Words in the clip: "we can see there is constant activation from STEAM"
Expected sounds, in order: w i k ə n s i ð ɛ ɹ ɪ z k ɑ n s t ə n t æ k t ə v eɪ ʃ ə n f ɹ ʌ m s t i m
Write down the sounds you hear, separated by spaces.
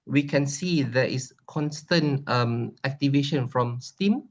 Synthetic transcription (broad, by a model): w i k ə n s i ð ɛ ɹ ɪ s k ɑ n s t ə n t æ k t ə v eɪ ʃ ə n f ɹ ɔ m s t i m